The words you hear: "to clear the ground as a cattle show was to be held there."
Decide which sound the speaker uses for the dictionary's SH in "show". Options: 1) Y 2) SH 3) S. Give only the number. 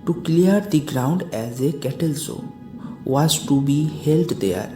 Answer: 3